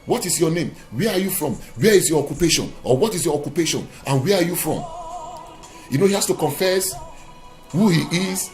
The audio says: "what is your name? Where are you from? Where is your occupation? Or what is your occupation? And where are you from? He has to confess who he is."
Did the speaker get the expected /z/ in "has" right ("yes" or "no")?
no